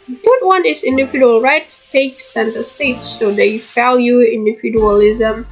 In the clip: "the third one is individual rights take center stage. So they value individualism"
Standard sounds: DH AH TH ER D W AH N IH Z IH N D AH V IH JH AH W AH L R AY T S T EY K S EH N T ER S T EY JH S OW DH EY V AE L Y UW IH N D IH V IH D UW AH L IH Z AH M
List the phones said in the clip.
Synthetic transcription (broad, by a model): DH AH T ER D W AH N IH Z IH N D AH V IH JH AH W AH L R AY T S T EY K S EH N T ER S T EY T S OW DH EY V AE L Y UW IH N D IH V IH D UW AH L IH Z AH M